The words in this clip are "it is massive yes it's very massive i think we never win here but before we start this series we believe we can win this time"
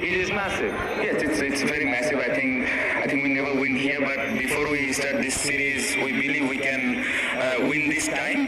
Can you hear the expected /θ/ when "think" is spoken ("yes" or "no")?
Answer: no